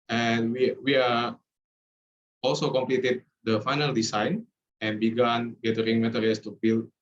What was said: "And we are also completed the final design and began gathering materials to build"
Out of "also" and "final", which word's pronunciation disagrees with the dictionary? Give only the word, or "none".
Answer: none